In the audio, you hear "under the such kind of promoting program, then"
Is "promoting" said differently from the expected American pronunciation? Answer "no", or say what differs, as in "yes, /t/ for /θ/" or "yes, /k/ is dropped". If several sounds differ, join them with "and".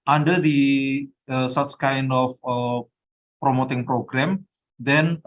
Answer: no